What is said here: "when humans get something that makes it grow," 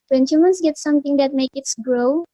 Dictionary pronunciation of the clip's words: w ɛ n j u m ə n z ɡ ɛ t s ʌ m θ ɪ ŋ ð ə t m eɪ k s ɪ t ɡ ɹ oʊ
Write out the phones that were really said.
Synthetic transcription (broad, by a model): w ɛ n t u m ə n s ɡ ɛ t s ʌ m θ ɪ ŋ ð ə t m eɪ k ɪ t ɡ ɹ oʊ